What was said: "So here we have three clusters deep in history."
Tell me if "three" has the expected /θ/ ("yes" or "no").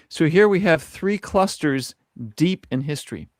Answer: yes